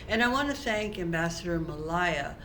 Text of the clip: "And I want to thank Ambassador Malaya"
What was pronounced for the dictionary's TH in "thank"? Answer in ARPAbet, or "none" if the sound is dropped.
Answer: TH